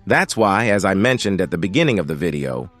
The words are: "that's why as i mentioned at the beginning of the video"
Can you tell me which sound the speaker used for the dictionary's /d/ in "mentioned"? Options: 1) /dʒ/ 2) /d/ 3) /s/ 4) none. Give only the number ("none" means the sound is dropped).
2